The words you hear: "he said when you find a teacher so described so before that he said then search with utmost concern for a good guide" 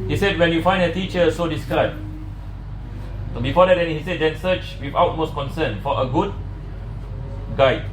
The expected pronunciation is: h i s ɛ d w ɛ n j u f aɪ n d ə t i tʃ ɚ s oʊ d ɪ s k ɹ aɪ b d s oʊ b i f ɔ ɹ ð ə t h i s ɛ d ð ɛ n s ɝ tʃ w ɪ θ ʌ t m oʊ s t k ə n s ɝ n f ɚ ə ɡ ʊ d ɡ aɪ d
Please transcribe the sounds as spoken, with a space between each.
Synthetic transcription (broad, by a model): h i s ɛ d w ɛ n j u f aɪ n d ə t i tʃ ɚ s oʊ d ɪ s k aɪ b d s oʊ b i f ɔ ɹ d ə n h i s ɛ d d ɛ n s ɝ tʃ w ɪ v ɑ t m oʊ s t k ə n s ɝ n f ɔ ə ɡ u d ɡ aɪ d